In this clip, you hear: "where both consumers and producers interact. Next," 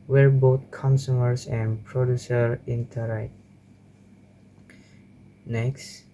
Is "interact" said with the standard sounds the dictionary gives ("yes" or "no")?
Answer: no